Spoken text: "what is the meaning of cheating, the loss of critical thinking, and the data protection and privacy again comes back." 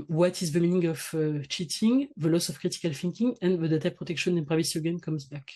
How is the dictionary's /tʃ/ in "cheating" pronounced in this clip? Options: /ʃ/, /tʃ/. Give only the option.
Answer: /tʃ/